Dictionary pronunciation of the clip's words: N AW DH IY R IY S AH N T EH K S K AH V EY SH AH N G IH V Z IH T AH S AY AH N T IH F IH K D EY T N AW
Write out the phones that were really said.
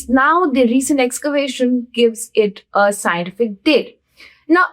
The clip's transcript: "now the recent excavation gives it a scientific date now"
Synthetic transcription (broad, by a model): N AW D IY R IY S AH N T EH K S K AH V EY SH AH N G IH V Z IH T AH S AY AH N T IH F IH K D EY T N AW